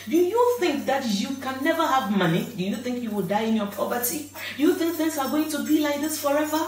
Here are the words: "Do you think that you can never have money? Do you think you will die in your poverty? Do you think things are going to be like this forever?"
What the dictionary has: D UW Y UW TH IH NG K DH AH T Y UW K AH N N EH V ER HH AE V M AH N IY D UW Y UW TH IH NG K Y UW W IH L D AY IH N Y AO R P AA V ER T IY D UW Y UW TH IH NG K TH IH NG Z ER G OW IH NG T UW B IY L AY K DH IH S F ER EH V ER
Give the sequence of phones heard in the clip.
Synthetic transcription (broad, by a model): D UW Y UW TH IH NG K DH AH T Y UW K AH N N EH V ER HH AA V M AH N IY D UW Y UW TH IH NG K Y UW W IH L D AY IH N Y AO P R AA P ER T IY D UW Y UW TH IH NG K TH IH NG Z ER G OW IH NG T UW B IY L AY K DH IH S F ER EH V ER